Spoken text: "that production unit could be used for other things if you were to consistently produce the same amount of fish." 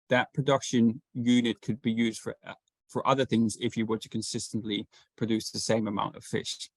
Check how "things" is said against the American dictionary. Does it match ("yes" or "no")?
yes